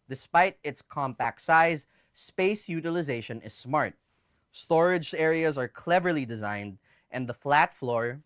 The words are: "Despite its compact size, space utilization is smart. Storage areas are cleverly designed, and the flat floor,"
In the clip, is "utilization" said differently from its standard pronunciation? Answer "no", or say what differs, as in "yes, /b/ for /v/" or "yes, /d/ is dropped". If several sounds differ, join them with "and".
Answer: no